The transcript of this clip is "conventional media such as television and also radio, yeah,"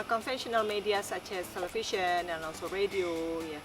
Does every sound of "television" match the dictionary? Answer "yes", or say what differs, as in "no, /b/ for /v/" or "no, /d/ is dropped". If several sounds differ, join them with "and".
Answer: no, /ʃ/ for /ʒ/